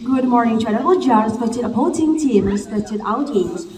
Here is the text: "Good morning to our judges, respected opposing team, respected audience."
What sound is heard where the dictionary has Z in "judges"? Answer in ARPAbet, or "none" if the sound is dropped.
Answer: none